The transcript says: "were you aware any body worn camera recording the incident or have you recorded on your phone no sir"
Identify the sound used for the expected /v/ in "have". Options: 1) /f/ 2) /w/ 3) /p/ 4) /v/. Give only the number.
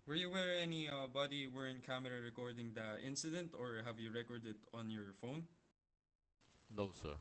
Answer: 4